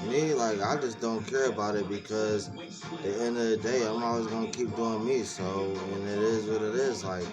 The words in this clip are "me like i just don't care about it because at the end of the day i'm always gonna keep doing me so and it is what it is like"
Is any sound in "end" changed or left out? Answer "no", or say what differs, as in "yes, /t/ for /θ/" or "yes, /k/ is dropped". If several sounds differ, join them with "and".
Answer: no